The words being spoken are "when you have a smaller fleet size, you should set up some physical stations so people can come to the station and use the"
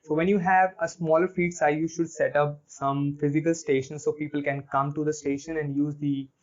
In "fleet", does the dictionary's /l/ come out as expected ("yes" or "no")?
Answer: no